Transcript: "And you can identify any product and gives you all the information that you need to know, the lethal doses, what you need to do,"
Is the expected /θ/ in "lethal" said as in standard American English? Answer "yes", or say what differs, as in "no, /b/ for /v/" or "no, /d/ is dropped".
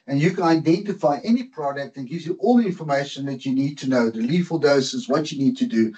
no, /f/ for /θ/